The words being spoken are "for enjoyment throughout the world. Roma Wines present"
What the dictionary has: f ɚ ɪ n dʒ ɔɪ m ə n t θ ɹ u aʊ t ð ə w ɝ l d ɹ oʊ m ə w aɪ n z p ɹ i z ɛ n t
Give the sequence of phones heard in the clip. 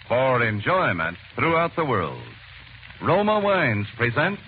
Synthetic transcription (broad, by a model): f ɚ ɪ n dʒ ɔɪ m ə n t θ ɹ u aʊ t ð ə w ɝ l d ɹ oʊ m ə w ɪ n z p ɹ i z ɛ n t